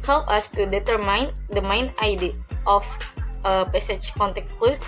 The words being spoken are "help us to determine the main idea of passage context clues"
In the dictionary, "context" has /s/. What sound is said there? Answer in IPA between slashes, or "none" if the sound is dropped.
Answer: none